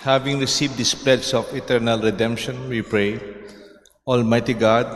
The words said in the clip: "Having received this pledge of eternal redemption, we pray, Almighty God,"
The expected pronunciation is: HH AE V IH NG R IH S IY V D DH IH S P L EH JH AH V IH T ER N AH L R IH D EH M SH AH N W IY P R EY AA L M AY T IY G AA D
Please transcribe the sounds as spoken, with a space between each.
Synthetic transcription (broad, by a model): HH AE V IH NG R IH S IY V D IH S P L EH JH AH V IH T ER N AH L R IH D EH M SH AH N W IY P R EY AA L M AY T IY G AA D